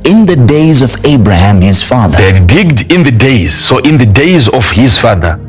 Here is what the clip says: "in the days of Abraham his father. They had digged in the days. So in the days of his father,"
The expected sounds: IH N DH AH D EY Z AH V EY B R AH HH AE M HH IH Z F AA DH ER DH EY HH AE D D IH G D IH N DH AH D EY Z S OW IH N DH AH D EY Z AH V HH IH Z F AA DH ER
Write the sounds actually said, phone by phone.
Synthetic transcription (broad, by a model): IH N DH AH D EY Z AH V EY B R AH HH AE M HH IH Z F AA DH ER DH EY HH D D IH G D IH N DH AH D EY Z S OW IH N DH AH D EY Z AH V HH IH Z F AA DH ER